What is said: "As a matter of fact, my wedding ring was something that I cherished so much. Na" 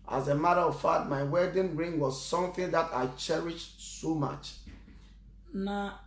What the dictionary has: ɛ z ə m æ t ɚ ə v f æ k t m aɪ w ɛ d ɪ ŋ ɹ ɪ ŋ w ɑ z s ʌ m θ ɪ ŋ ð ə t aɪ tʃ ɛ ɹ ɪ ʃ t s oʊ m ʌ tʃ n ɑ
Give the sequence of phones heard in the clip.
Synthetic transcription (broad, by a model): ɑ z ə m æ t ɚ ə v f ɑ t m aɪ w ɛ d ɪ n ɹ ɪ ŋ w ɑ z s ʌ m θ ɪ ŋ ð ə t aɪ tʃ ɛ ɹ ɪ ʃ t s oʊ m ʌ tʃ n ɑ